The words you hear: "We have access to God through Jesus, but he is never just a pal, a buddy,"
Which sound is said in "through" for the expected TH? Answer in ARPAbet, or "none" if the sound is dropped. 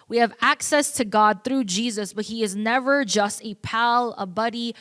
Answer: TH